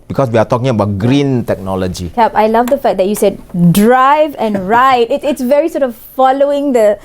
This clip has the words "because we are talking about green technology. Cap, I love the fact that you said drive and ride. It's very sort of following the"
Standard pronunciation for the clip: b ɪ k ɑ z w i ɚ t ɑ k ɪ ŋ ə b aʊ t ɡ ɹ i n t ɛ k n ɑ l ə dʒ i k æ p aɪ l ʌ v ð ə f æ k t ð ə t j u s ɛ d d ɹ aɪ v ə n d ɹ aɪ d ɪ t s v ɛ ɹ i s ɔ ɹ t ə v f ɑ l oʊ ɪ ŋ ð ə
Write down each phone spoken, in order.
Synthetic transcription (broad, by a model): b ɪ k ɑ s w i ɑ t ɑ k ɪ ŋ ə b aʊ t ɡ ɹ i n t ɛ k n ɑ l ə dʒ i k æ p aɪ l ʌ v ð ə f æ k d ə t j u s ɛ d d ɹ aɪ v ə n ɹ aɪ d ɪ t s v ɛ ɹ i s ɔ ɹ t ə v f ɑ l oʊ ɪ ŋ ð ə